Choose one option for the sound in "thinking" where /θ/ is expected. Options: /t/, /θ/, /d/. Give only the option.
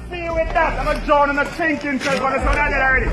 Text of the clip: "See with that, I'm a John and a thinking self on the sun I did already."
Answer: /t/